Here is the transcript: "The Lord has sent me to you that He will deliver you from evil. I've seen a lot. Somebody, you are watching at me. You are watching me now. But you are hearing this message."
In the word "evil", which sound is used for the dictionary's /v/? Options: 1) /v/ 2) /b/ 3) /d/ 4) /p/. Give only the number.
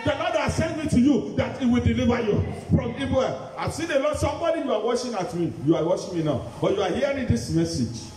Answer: 2